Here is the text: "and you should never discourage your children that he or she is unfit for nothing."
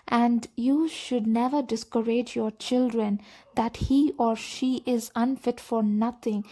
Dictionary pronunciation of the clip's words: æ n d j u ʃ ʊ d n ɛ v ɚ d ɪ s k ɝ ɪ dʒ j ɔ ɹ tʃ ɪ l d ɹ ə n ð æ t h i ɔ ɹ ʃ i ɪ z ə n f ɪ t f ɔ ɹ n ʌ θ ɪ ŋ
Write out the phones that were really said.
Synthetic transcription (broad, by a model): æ n d j u ʃ ʊ d n ɛ v ɚ d ɪ s k ɝ ɪ dʒ j ɔ ɹ tʃ ɪ l d ɹ ə n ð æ t h i ɔ ɹ ʃ i ɪ z ə n f ɪ t f ɔ ɹ n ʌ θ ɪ ŋ